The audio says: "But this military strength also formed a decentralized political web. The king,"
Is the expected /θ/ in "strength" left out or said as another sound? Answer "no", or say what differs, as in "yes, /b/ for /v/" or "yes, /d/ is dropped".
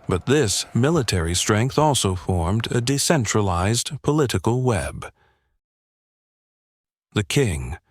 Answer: no